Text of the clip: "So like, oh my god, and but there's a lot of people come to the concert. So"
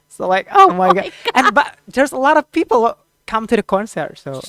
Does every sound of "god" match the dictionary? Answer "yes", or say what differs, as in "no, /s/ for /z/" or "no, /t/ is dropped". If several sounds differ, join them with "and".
no, /d/ is dropped